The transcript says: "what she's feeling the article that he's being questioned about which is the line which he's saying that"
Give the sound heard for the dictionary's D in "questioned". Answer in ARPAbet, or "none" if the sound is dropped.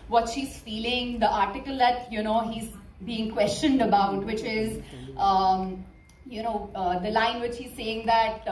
D